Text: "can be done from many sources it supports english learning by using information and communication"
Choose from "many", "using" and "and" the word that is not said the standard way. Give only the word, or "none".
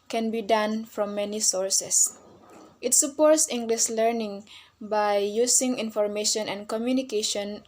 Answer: using